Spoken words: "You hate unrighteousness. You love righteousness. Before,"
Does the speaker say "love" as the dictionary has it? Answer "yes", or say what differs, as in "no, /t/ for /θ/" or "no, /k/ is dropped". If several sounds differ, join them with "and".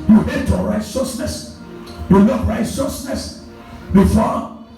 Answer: no, /n/ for /l/